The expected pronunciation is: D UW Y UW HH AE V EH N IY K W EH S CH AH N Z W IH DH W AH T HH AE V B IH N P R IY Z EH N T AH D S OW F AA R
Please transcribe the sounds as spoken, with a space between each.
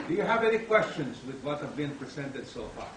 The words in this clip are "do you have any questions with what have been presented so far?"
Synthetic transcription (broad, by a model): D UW Y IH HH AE V EH N IY K W EH S CH AH N Z W IH DH W AH T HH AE V B IH N P R IY Z EH N T AH D S OW F AA R